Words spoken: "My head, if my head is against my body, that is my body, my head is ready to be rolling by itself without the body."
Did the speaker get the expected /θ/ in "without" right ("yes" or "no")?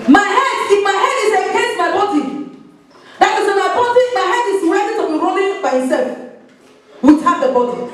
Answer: no